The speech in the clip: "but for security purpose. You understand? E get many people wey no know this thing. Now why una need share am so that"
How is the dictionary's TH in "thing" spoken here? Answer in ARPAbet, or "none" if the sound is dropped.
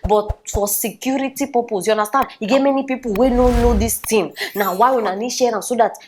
T